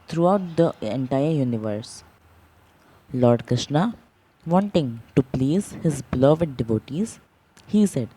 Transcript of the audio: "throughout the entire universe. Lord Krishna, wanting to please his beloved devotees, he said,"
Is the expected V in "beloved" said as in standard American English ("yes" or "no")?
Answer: yes